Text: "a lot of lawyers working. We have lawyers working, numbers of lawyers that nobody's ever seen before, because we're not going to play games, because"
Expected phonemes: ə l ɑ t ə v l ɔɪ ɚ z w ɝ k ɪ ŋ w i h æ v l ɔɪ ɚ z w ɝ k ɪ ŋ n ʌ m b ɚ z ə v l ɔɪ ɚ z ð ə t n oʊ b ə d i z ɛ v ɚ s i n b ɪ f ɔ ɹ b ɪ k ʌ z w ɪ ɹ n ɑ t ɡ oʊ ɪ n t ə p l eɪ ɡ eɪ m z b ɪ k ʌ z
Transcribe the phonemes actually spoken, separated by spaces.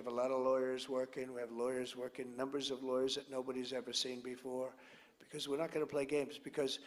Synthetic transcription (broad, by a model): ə l ɑ t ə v l ɔɪ ɚ z w ɝ k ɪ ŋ w i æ v l ɔɪ ɚ z w ɝ k ɪ ŋ n ʌ m b ɚ z ə v l ɔɪ ɚ z ð ə t n oʊ b ə d i z ɛ v ɚ s i n b ɪ f ɔ ɹ b ɪ k ʌ z w ɪ ɹ n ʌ t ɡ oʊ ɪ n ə p l eɪ ɡ eɪ m z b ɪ k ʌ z